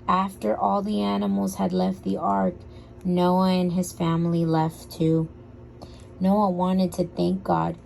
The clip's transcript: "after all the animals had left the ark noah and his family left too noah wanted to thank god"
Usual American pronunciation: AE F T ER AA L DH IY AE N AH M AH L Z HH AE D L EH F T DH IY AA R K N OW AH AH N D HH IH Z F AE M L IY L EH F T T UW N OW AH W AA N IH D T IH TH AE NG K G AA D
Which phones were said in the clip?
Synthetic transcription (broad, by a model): AE F T ER AA L DH IY AE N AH M L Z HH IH D L EH F T DH IY AA R K N OW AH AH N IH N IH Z F AE M L IY L EH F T T UW N OW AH W AA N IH D T IH TH AE NG K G AA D